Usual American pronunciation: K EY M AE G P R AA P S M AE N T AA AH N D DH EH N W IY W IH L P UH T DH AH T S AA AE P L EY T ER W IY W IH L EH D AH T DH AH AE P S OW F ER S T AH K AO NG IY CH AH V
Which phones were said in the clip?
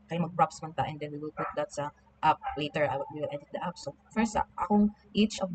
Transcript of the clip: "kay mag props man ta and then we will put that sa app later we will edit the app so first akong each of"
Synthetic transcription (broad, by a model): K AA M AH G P R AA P S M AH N T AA AH N D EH N W IY W IH L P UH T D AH T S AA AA P L EY T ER W IY W IH L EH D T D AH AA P S OW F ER S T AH AO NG IY CH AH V